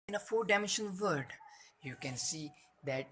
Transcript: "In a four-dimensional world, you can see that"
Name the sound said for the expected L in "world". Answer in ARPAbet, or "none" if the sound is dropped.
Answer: none